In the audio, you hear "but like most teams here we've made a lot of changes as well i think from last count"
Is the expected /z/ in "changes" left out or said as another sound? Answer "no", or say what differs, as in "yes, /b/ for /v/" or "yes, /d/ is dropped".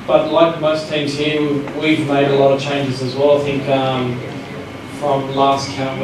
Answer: no